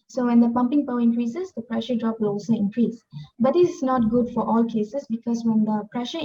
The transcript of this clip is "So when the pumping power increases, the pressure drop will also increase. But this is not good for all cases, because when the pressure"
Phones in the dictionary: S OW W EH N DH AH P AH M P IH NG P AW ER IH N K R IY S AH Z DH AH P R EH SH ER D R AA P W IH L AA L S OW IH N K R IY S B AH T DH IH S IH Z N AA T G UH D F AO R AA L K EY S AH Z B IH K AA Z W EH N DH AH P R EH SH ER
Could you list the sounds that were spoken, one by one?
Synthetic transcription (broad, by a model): S OW W EH N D AH P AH M P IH NG P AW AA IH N K R IY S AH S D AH P R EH SH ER D R AA P W IH L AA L S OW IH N K R IY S B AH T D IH S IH S N AA T G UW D F AO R AA L K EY S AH S B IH K AA S W EH N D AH P R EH SH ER